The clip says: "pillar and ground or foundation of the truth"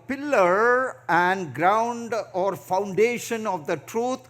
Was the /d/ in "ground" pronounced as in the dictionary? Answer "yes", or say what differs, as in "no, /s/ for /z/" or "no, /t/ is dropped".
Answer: yes